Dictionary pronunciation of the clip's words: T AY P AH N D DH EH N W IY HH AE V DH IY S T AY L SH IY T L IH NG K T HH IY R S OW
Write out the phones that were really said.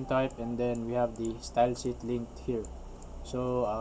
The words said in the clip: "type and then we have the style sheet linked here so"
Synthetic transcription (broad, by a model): T AY P AH N D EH N W IY HH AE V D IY S T AY L S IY T L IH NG K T HH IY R S OW